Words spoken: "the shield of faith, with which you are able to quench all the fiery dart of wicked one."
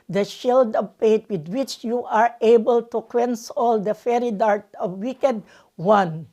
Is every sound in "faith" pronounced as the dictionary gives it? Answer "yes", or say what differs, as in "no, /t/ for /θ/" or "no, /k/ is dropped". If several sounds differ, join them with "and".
no, /p/ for /f/ and /t/ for /θ/